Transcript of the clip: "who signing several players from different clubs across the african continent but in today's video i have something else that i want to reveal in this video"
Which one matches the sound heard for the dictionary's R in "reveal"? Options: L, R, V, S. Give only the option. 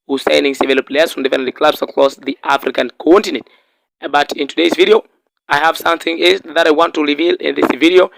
R